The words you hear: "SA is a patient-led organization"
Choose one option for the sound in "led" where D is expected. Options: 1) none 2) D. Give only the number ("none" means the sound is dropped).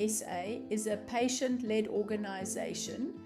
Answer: 2